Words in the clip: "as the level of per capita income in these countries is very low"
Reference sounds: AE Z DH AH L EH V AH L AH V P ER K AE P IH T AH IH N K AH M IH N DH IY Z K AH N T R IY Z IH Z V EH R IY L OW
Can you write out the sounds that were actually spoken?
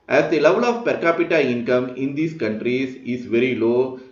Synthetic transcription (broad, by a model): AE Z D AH L EH V AH L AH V P ER K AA P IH T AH IH N K AH M IH N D IY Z K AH N T R IY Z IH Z V EH R IY L OW